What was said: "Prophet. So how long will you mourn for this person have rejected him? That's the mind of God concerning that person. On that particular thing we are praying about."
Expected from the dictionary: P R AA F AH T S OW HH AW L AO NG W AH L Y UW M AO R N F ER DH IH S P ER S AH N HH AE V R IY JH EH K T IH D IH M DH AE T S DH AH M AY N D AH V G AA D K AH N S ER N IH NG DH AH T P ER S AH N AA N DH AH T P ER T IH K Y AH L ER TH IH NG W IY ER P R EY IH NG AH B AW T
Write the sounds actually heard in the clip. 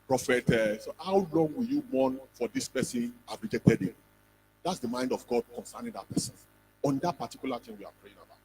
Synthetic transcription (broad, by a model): P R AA F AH T S OW HH AW L AO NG W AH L Y UW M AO N F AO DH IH S P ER S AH N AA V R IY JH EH T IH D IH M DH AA T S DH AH M AY N D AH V G AA D K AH N S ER N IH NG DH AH T P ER S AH N AA N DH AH T P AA T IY K Y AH L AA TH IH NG W IY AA P R EY IH NG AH B AW T